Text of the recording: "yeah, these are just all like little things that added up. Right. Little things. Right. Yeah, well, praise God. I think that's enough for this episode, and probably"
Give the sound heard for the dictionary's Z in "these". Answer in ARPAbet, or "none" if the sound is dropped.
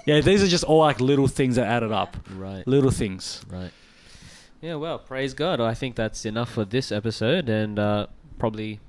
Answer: Z